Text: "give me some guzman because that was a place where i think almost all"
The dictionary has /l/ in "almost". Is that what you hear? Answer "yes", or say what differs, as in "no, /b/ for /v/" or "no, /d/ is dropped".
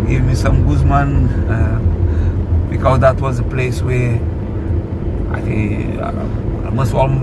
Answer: no, /l/ is dropped